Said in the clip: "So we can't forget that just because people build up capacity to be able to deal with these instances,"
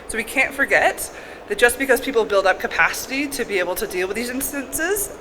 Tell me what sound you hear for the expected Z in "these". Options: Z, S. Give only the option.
Z